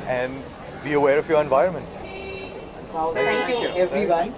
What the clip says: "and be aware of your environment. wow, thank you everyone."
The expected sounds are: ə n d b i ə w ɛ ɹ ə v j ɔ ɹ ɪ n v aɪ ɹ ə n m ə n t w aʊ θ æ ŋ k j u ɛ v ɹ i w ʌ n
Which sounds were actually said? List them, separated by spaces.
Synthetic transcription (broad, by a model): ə n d b i ə w ɛ ɹ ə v j ɔ ɹ ɪ n v aɪ ɹ ə n m ə n t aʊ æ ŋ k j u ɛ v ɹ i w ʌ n